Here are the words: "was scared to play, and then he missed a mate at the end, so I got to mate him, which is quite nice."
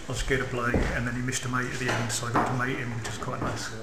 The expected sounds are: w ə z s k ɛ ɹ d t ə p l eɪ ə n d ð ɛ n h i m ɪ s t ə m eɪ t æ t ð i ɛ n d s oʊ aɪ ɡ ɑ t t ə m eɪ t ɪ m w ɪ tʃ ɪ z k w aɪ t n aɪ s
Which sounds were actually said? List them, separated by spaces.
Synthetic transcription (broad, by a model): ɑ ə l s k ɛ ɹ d t ə b l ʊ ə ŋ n ð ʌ n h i m ɪ ʃ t ə m eɪ t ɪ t ð i ɛ n d s oʊ aɪ ɡ ɑ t t ə m eɪ t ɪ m w ɪ tʃ ɪ z k w aɪ t n aɪ s